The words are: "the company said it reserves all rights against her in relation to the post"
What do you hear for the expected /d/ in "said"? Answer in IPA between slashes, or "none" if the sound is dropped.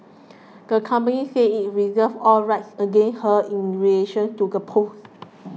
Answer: none